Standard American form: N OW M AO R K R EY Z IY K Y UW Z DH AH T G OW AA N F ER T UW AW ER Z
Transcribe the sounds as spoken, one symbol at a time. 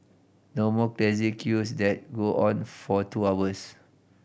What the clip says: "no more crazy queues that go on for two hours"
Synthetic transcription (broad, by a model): N OW M AO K L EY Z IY K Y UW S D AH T G OW AA N F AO T UW AW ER S